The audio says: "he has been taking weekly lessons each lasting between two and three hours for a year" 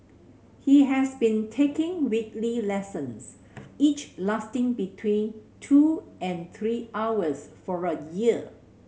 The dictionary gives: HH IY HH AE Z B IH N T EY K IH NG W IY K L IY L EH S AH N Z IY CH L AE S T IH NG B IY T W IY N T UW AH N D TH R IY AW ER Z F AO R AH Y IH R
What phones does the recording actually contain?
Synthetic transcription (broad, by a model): HH IY HH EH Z B IH N T EY K IH NG W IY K L IY L EH S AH N S IY CH L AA S T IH NG B IY T W IY N T UW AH N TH R IY AW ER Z F AO R AH Y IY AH